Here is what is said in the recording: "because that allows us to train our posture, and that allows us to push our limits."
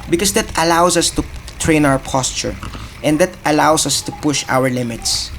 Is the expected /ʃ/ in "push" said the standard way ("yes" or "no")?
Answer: yes